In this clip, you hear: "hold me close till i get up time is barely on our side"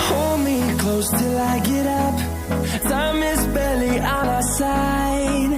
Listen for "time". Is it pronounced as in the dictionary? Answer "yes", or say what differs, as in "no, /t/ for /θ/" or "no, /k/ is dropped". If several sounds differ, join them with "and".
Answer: no, /s/ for /t/